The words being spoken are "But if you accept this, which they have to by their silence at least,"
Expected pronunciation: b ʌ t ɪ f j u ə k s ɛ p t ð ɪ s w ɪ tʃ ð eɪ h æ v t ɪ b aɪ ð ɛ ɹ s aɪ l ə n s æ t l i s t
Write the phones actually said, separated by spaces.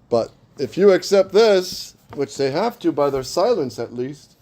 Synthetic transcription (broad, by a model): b ʌ t ɪ f j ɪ ə k s ɛ p t ð ɪ s w ɪ tʃ ð eɪ h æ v t ɪ b aɪ ð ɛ ɹ s aɪ l ə n s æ t l i s t